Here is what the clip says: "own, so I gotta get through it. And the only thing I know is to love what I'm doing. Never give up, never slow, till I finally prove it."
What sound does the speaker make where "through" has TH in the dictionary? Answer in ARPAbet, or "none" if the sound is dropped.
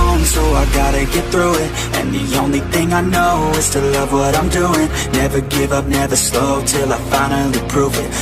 TH